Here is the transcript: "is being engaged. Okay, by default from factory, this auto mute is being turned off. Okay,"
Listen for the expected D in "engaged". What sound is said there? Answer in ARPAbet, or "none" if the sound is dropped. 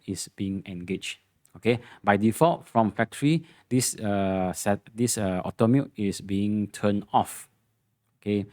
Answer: none